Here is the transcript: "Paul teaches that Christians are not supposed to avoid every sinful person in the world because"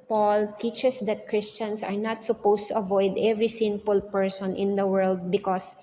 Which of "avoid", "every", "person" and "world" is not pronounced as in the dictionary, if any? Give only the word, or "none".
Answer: none